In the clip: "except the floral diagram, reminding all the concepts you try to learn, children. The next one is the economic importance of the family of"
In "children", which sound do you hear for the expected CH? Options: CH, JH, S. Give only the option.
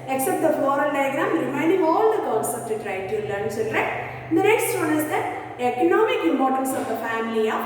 S